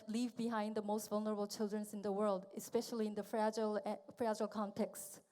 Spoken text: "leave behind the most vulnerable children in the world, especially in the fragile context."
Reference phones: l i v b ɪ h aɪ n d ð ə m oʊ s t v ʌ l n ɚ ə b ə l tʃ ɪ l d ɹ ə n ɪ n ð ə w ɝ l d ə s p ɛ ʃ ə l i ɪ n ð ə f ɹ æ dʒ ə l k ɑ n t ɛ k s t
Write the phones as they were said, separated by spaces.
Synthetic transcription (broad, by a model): l i v b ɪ h aɪ n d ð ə m oʊ s t v ʌ l n ɚ ə b ə l tʃ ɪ l d ɹ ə n ɪ n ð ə w ɝ l d ə s p ɛ ʃ ə l i ɪ n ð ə f ɹ æ dʒ ə l k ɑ n t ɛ k s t